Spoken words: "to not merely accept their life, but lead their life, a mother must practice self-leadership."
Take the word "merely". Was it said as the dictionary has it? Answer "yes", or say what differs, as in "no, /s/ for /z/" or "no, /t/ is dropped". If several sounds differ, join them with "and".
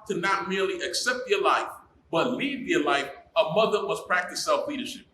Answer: yes